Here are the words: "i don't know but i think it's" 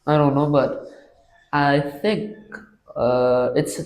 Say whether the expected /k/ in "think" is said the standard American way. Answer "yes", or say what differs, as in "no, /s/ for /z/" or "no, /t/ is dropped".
yes